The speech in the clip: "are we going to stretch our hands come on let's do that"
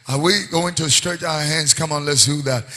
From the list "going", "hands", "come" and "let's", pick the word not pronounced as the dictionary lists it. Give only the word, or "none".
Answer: none